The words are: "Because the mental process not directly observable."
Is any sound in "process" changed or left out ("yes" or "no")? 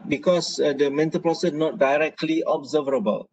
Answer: yes